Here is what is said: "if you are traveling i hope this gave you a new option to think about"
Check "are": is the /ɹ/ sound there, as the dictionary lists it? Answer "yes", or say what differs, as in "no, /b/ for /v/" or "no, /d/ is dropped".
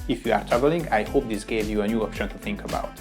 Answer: yes